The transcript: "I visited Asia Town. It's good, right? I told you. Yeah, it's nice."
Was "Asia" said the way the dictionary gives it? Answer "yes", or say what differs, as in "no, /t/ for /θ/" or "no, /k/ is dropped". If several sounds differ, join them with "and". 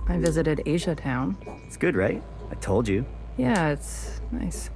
yes